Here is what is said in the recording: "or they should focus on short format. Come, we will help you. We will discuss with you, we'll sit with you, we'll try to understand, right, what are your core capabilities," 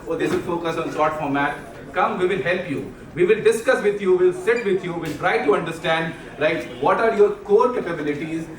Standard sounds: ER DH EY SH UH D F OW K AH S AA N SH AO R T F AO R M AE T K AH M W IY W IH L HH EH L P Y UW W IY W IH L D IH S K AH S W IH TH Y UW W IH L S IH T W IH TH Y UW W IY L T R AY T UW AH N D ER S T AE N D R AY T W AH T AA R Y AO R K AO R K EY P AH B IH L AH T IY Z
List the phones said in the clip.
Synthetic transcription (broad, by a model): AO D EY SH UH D F OW K AH S AA N S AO R T F AO R M AE T K AH M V IY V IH L HH EH L P Y UW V IY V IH L D IH S K AH S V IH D Y UW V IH L S IH T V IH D Y UW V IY L T R AY T UW AH N D ER S T AE N D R AY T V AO T AA R Y AO R K AO R K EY P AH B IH L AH T IY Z